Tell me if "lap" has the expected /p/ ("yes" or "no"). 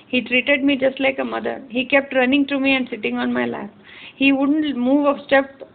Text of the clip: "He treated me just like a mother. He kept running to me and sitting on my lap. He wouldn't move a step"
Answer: no